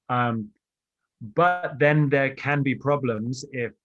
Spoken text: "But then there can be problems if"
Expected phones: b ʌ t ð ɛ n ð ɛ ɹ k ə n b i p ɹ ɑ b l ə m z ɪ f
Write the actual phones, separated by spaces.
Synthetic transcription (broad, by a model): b ʌ t ð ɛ n ð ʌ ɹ k ə n b i p ɹ ɑ b l ə m z ɪ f